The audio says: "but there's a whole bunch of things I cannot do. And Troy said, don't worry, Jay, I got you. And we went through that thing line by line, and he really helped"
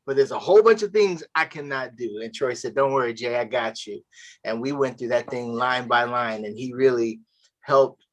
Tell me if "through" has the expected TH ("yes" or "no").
yes